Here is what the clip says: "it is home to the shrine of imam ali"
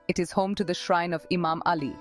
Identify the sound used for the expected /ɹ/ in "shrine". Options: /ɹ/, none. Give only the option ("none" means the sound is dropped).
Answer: /ɹ/